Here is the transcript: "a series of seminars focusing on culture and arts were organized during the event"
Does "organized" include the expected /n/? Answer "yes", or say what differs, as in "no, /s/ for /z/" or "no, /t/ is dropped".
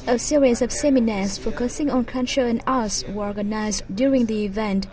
yes